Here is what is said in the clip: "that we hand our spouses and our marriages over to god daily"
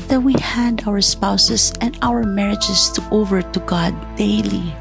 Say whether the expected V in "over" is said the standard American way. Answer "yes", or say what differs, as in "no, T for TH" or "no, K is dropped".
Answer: yes